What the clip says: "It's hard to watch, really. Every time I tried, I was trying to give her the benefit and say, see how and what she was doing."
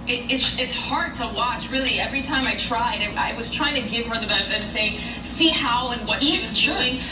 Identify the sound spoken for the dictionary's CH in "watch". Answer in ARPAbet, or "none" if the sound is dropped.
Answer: CH